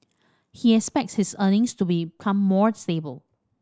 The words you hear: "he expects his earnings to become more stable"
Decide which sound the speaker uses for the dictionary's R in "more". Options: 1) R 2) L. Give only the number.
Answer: 1